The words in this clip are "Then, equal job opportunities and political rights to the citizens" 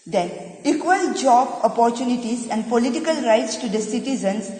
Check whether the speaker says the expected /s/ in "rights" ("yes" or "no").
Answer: yes